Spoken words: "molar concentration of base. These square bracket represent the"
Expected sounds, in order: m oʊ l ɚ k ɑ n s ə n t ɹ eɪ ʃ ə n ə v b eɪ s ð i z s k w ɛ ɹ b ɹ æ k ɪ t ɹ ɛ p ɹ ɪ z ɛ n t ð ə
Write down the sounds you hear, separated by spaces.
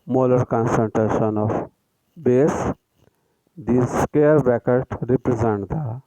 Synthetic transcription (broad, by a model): m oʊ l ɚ k ɑ n s ə n t ɹ eɪ ʃ ə n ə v b eɪ s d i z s k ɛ ɹ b æ k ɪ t ɹ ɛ p ɹ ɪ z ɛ n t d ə